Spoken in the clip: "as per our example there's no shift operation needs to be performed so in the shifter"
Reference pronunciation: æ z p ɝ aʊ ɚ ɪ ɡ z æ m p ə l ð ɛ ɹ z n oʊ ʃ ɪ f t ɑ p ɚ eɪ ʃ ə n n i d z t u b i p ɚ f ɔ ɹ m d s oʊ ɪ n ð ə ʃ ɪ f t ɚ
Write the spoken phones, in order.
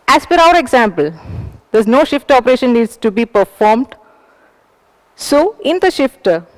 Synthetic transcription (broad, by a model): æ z f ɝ aʊ ɚ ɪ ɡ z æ m p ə l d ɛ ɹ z n oʊ ʃ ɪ f t ɑ p ɚ eɪ ʃ ə n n i d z t u b i p ɚ f ɔ ɹ m d s oʊ ɪ n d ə ʃ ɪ f t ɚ